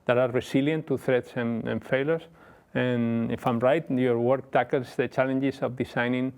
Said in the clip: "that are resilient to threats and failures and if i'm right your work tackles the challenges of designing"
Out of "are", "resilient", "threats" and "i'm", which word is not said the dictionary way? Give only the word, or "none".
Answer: resilient